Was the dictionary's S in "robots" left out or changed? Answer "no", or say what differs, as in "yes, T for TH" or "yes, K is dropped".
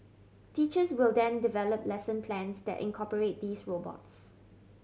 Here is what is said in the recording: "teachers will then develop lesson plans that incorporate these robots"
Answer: no